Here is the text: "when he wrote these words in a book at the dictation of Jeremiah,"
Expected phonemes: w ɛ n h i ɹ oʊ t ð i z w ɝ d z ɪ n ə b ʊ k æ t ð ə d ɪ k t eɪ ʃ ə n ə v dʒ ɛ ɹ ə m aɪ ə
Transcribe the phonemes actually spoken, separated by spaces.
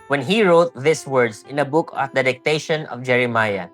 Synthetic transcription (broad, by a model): w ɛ n h i ɹ oʊ t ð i s w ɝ d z ɪ n ə b ʊ k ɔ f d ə d ɪ k t eɪ ʃ ə n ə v dʒ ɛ ɹ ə m aɪ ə